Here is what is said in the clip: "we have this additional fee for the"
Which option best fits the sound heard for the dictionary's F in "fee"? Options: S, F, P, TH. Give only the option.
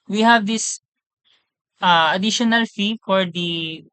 F